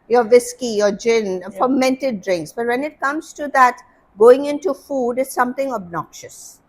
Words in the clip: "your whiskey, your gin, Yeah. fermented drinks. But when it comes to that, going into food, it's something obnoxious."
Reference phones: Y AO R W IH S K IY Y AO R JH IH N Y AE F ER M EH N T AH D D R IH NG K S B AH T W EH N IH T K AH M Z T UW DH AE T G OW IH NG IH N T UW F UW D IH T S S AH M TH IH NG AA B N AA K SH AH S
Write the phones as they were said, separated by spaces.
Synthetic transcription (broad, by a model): Y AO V IH S K IY Y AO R JH IH N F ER M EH N T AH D D R IH NG K S B AH T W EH N IH T K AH M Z T UW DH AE T G OW IH NG IH N T UW F UW D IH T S S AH M T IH NG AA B N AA K SH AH S